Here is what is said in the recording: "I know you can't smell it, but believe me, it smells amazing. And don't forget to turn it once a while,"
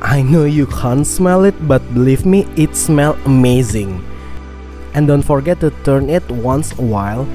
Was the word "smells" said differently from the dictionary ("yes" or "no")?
yes